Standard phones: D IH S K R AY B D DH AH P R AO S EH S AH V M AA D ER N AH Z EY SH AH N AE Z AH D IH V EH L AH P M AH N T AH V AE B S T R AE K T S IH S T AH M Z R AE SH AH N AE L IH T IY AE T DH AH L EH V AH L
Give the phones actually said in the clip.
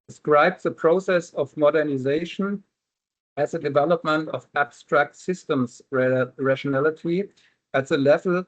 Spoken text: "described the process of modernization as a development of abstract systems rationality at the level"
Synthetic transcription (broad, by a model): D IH S K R AY B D DH AH P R AO S EH S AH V M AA D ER N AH Z EY SH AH N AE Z AH D IH V EH L AH P M AH N T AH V AE B S T R AE K T S IH S T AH M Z R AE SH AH N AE L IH T IY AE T DH AH L EH V L